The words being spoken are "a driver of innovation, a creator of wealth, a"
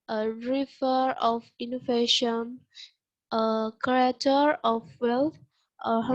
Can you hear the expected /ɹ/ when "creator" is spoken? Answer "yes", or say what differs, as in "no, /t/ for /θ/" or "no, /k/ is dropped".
no, /ɹ/ is dropped